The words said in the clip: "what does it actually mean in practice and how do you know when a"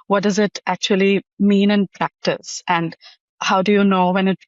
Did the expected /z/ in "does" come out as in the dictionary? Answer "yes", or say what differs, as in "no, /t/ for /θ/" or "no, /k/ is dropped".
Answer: yes